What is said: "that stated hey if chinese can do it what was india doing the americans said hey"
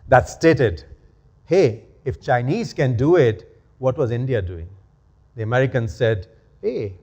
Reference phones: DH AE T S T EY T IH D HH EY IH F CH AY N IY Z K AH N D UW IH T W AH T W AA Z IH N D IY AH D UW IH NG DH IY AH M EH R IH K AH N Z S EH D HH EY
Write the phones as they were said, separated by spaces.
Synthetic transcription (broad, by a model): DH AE T S T EY T IH D HH EY IH F CH AY N IY Z K AH N D UW IH T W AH T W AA Z IH N D IY AH D UW IH NG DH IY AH M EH R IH K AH N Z S EH D HH EY